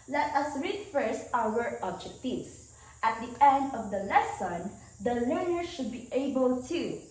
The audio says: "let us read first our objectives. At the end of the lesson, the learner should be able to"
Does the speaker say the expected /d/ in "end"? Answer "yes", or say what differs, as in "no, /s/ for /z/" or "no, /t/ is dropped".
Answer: yes